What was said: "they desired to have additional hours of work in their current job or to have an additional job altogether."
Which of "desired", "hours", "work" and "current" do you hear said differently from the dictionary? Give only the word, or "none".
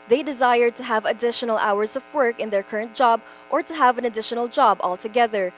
none